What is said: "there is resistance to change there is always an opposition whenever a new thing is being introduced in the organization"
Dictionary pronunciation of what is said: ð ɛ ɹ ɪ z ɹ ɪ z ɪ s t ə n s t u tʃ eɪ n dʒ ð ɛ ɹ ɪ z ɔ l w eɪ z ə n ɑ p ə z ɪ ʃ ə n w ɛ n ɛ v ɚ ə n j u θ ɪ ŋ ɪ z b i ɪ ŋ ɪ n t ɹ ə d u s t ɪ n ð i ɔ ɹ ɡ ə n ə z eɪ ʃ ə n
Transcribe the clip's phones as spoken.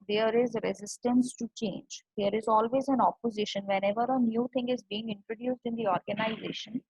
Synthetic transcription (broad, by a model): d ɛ ɹ ɪ z ɹ ɪ z ɪ s t ə n s t u tʃ eɪ n dʒ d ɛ ɹ ɪ z ɔ l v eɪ z ə n ɑ p ə z ɪ ʃ ə n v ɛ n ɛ v ɚ ə n j u t ɪ ŋ ɪ z b i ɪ ŋ ɪ n t ɹ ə d u s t ɪ n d i ɔ ɹ ɡ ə n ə z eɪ ʃ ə n